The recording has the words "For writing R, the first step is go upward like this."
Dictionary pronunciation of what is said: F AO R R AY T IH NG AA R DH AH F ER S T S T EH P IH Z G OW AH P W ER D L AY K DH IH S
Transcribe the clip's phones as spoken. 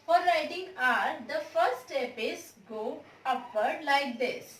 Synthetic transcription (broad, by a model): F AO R R AY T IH NG AA R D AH F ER T S T EH P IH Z G OW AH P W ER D L AY K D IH S